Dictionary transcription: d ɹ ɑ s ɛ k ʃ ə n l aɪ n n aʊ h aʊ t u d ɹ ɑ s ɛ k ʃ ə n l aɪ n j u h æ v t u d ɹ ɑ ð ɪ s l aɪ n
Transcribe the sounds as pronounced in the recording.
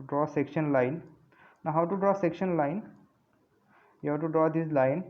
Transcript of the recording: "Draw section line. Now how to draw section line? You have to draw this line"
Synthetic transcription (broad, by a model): d ɹ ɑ s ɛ k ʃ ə n l aɪ n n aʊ h aʊ t u d ɹ ɑ s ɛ k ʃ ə n l aɪ n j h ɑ w t u d ɹ ɑ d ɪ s l aɪ n